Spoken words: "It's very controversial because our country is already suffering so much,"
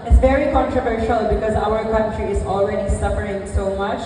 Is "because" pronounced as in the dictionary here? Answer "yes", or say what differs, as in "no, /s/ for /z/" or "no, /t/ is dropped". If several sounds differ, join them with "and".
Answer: yes